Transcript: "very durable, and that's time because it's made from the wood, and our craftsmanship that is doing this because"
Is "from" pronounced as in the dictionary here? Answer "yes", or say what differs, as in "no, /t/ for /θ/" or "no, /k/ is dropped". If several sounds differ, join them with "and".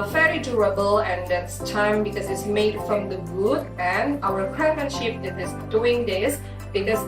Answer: yes